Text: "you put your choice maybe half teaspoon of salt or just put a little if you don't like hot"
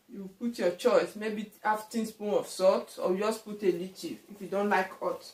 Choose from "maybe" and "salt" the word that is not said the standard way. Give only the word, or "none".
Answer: salt